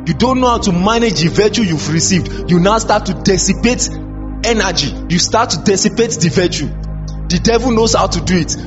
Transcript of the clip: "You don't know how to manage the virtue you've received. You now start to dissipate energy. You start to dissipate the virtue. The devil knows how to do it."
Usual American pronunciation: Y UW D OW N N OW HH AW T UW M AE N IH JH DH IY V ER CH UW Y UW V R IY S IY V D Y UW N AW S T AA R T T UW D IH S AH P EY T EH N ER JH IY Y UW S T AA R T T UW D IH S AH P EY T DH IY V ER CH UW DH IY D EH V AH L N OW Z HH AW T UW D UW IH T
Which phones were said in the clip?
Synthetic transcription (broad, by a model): Y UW D OW N N OW HH AW T UW M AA N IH JH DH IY V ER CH UW Y UW V R IY S IY V D Y UW N AW S T AA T T UW D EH S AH P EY T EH N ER JH IY Y UW S T AA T T UW D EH S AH P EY T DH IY V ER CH UW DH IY D EH V AH L N OW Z HH AW T UW D UW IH T